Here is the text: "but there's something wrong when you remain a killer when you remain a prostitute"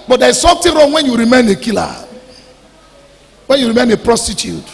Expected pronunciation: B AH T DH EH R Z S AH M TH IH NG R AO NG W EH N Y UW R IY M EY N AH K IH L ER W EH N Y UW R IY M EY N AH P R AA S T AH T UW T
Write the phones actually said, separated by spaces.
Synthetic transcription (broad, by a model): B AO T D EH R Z S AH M T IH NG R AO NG W EH N Y UW R IY M EY N AH K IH L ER W EH N Y UW R IY M EY N AH P R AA S T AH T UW T